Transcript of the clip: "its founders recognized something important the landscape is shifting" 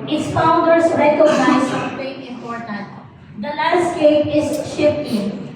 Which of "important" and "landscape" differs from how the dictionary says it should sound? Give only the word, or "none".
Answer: landscape